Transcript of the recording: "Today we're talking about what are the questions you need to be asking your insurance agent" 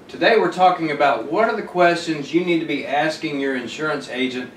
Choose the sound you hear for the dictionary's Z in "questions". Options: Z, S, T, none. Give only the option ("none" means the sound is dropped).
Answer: Z